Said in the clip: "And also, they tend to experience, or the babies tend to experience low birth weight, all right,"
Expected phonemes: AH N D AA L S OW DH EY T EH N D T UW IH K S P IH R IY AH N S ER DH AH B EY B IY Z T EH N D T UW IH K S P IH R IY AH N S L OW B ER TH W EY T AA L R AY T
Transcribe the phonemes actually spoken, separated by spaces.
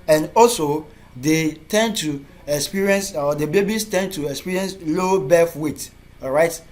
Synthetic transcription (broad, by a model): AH N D AA L S OW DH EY T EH N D T UW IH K S P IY R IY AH N S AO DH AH B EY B IY S T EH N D T UW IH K S P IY R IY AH N S L OW B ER F W EY T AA R AY T